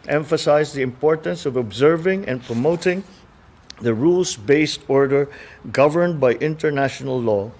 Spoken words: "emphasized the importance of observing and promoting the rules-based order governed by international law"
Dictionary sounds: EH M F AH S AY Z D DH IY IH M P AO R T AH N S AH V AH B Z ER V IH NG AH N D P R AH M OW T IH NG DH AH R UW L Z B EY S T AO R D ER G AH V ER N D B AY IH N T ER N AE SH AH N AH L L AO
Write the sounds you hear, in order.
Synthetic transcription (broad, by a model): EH M F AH S AY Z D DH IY IH M P AO R T AH N S AH V AH B Z ER V IH NG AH N P R AH M OW T IH NG DH AH R UW L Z B EY S T AO R D ER G AH V ER N D B AY IH N T ER N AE SH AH N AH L L AO